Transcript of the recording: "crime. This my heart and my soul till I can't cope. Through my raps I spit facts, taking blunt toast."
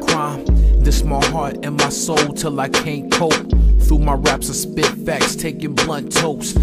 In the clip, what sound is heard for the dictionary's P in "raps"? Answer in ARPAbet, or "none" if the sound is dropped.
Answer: P